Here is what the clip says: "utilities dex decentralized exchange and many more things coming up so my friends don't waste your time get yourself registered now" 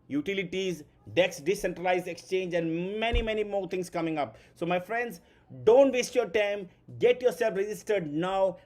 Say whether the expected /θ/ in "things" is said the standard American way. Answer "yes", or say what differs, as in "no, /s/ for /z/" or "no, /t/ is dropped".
no, /t/ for /θ/